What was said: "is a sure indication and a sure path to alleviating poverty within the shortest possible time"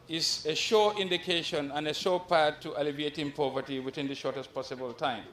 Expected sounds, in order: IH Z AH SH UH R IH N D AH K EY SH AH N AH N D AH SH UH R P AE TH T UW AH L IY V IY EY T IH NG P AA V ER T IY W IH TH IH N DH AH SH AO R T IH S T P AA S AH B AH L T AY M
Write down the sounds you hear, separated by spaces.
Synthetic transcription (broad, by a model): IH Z AH SH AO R IH N D AH K EY SH AH N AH N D AH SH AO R P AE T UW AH L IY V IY EY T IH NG P AA V ER T IY W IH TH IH N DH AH SH AO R T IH S T P AA S AH B AH L T AY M